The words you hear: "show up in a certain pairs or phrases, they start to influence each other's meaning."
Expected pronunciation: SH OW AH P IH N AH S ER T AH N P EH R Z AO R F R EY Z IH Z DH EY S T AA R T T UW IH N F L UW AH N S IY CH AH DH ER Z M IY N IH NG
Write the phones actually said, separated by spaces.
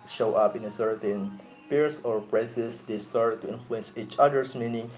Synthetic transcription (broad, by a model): SH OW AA P IH N AH S ER T AH N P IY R S AO R P R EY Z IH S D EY S T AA R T T UW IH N F L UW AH N S IY CH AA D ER S M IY N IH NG